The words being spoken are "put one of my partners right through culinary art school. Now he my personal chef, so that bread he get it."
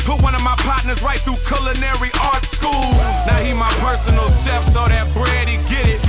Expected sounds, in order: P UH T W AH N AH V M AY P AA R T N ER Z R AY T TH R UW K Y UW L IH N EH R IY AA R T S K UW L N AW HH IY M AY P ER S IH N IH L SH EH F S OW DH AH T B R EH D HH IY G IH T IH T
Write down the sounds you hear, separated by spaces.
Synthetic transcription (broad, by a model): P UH W AH N AH V M AY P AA T N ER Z R AY T TH R UW K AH L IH N EH R IY AA R T S K UW L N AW HH IY M AY P ER S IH N L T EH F S OW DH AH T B R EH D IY G IH T IH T